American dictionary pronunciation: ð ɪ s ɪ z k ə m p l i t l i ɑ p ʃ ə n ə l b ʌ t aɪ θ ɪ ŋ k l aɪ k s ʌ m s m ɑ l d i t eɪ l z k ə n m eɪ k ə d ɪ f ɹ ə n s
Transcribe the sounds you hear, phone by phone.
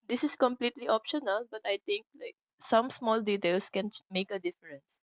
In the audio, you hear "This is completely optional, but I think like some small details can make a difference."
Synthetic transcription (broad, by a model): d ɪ s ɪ s k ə m p l i t l i ɑ p ʃ ə n ə l b ʌ t aɪ t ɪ ŋ k l aɪ k s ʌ m s m ɑ l d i t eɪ l s k ə n m eɪ k ə d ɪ f ɹ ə n s